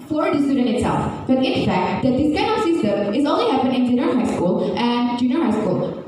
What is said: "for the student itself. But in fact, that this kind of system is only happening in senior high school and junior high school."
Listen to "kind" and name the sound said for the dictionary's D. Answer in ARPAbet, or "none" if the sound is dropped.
none